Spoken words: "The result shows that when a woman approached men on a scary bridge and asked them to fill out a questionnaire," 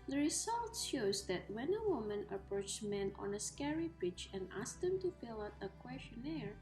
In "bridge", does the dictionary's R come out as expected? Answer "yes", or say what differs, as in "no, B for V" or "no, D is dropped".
no, R is dropped